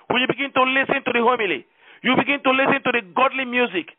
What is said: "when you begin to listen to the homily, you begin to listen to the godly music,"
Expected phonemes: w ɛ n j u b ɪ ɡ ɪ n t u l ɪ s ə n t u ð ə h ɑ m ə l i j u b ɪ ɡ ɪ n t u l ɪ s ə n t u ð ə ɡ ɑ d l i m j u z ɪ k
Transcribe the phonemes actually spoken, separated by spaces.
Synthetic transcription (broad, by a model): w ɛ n j u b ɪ ɡ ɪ n t u l ɪ s ə n t u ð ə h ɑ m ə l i j u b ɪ ɡ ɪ n t u l ɪ s ə n t u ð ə ɡ ɑ d l i m j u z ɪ k